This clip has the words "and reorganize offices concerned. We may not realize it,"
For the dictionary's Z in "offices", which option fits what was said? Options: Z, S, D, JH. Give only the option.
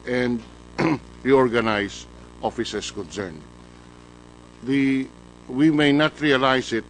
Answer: S